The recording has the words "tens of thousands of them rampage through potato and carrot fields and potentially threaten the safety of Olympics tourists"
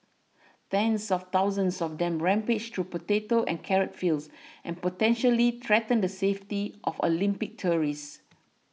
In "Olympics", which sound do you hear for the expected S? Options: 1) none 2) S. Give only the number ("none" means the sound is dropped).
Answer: 1